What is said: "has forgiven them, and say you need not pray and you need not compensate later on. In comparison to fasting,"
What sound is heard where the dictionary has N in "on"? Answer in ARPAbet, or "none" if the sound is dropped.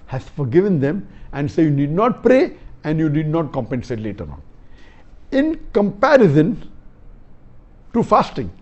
N